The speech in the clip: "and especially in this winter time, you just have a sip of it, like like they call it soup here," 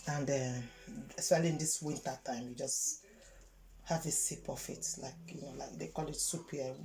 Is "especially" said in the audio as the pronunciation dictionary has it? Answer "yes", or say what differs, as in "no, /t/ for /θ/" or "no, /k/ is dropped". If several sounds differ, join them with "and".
no, /s/ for /ʃ/